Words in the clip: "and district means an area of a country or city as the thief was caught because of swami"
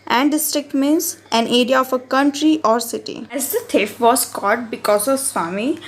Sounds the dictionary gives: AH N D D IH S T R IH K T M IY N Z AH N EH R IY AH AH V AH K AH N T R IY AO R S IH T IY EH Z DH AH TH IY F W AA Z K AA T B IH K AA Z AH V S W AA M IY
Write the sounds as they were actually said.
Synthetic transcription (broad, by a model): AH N D D IH S T R IH K T M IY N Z AH N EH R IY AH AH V AH K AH N T R IY AO R S IH T IY EH Z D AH T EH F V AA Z K AA T B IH K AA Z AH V S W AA M IY